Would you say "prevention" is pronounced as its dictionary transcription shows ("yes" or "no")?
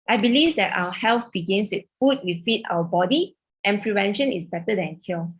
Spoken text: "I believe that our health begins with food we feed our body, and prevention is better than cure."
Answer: yes